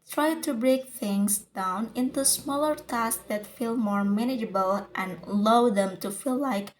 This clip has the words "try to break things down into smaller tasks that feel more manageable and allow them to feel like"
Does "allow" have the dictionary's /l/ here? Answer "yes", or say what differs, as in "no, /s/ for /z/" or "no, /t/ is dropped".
no, /l/ is dropped